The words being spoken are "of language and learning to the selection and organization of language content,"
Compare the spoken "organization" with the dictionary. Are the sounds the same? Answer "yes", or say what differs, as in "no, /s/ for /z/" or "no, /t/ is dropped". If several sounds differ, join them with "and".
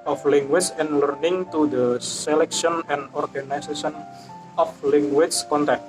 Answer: no, /s/ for /z/